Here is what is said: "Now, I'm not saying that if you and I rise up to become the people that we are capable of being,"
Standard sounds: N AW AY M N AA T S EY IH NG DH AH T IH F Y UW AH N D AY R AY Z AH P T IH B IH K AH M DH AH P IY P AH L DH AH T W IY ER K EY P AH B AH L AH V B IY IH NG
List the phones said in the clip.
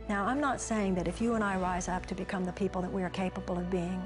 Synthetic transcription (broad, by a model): N AW AY M N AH T S EY IH NG DH AH T IH F Y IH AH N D AY R AY Z AH P T IH B IH K AH M DH AH P IY P L DH AH T W IY ER K EY P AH B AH L AH V B IY IH NG